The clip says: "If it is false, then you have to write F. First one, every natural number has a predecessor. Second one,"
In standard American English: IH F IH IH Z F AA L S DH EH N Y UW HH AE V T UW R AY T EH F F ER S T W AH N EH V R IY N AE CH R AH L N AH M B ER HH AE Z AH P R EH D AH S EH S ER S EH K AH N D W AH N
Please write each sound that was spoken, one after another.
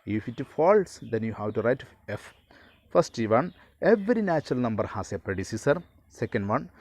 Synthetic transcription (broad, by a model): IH F IH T F AA L S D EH N Y UW HH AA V T UW R AY T EH F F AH S T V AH N EH V R IY N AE CH R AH L N AH M B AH HH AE S AH P R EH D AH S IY S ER S EH K AH N D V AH N